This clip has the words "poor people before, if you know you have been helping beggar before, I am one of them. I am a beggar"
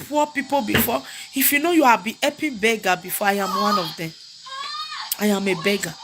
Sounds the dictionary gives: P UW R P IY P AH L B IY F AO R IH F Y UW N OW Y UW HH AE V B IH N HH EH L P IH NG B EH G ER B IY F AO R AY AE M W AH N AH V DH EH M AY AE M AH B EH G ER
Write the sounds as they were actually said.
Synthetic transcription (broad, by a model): P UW P IY P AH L B IY F AO IH F Y UW N OW Y UW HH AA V B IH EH P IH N B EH G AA B IY F AO AY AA M W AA N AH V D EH M AY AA M AH B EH G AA